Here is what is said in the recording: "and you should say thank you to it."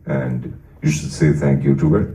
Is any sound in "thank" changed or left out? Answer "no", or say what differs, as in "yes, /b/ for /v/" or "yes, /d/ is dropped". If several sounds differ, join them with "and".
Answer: no